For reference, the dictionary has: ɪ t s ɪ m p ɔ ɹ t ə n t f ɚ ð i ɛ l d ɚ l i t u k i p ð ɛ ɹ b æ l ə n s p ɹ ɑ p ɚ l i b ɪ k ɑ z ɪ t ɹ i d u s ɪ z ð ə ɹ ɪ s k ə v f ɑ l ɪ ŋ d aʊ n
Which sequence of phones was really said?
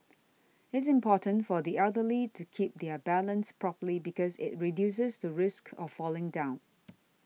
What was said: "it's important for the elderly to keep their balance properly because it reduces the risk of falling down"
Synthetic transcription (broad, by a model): ɪ t s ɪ m p ɔ t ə n t f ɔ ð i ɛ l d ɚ l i t u k i p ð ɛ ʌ b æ l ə n s p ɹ ɑ p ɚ l i b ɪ k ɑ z ɪ t ɹ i d u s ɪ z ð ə ɹ ɪ s k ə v f ɑ l ɪ ŋ d aʊ n